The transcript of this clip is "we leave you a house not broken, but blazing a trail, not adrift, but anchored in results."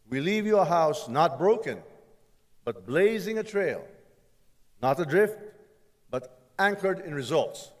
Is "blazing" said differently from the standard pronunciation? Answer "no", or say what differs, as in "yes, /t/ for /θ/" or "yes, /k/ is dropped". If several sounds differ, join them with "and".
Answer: no